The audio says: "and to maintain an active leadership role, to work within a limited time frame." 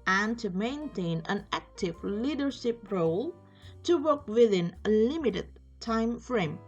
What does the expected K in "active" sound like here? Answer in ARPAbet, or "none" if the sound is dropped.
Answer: K